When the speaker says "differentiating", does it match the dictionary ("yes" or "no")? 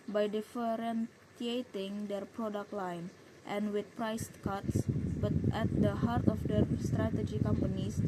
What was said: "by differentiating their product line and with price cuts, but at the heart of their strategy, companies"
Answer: no